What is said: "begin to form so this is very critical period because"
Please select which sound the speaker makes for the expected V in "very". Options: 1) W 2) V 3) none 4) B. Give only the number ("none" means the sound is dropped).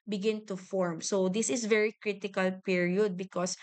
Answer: 2